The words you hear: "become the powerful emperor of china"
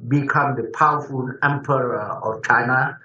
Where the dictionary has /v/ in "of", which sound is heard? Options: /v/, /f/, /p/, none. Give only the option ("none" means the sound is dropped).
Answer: /f/